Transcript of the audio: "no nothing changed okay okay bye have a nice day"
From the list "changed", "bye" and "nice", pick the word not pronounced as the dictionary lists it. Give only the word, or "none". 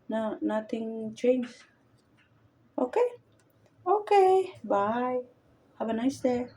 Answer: changed